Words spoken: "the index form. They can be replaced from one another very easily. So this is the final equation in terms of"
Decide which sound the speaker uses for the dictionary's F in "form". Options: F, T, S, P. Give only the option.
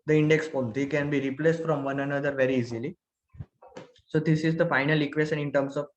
P